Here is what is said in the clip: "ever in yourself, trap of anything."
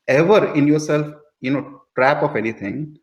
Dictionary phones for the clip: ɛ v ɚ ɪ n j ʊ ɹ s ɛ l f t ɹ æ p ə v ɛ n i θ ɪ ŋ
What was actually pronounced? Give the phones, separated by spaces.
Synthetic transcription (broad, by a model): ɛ v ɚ ɪ n j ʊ ɹ s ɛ l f t ɹ æ p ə f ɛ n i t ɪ ŋ